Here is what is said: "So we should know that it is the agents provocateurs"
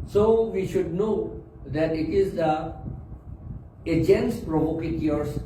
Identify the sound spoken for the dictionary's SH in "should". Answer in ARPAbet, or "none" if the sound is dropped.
SH